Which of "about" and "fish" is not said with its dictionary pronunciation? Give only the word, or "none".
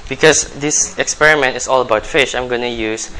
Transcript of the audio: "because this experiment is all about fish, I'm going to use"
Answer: none